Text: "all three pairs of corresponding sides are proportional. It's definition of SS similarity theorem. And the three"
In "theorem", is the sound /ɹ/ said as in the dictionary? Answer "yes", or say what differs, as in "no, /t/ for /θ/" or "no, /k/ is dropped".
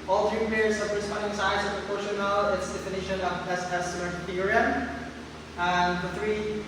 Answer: no, /ɹ/ is dropped